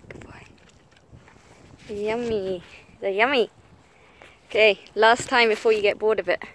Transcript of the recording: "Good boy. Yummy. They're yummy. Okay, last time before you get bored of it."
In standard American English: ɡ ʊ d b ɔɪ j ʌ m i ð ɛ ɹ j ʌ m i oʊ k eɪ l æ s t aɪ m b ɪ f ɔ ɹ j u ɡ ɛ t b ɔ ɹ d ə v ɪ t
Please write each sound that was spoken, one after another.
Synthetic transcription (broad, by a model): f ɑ j ʌ m i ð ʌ j ʌ m i oʊ k eɪ l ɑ s t aɪ m b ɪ f ɔ j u ɡ ɛ t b ɔ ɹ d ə b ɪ t